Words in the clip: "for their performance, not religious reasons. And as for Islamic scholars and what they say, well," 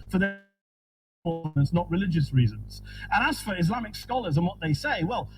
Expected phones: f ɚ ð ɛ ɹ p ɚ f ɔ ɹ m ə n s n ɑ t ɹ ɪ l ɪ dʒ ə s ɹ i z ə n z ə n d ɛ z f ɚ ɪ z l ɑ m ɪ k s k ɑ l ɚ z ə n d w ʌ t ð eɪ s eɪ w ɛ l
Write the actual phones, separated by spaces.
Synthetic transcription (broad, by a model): f ɚ ð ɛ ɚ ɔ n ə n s n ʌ t ɹ ɪ l ɪ dʒ ə s ɹ i z ə n z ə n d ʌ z f ɚ ɪ z l ɑ m ɪ k s k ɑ l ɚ z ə n w ʌ t ð eɪ s eɪ w ɛ l